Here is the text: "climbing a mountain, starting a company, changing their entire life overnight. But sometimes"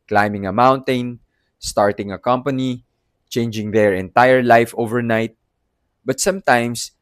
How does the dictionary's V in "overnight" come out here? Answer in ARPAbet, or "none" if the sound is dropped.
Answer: V